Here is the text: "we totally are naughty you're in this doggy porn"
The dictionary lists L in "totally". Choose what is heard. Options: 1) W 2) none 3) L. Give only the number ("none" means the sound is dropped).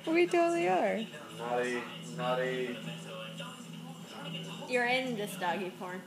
2